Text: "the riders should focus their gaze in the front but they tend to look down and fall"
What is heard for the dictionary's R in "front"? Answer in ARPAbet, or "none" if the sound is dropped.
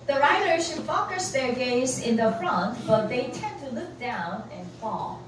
R